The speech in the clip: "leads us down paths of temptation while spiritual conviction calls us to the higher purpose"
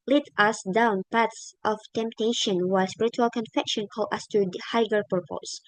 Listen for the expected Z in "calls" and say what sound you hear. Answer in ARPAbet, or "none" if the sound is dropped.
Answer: none